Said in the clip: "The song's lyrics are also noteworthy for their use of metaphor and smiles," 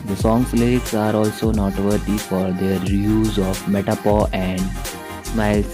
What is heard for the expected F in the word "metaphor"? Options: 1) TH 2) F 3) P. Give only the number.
3